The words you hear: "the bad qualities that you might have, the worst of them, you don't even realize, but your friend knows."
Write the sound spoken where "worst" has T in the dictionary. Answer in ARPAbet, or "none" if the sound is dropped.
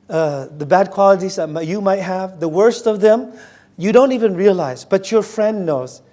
T